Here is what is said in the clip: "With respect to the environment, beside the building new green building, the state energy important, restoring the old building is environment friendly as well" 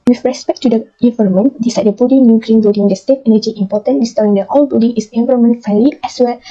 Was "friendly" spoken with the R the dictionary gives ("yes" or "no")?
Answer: no